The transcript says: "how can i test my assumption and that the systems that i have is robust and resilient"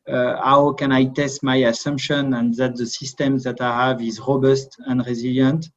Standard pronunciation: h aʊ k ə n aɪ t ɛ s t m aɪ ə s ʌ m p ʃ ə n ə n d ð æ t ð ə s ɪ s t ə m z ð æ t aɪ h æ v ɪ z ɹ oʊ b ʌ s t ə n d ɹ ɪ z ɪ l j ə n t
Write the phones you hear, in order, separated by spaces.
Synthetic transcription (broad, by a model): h aʊ k ə n aɪ t ɛ s t m aɪ ə s ʌ m p ʃ ə n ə n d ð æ t ð ə s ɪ s t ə m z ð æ t aɪ h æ v ɪ z ɹ oʊ b ʌ s t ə n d ɹ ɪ z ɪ l j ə n t